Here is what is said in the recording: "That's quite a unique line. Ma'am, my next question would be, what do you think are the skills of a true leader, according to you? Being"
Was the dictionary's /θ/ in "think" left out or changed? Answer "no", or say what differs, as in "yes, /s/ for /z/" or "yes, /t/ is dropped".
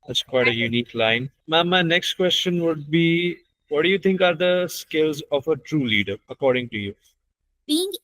yes, /t/ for /θ/